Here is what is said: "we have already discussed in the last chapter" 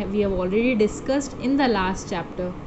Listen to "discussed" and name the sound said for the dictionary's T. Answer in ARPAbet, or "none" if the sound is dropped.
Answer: T